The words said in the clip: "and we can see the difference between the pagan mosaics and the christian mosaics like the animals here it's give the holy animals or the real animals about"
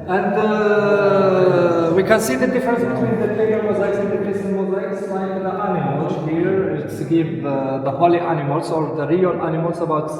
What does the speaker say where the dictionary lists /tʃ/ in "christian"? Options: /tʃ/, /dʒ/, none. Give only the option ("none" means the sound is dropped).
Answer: none